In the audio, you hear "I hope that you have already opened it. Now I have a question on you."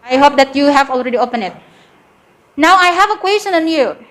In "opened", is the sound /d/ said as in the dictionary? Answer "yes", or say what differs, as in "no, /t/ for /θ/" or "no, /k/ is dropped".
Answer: no, /d/ is dropped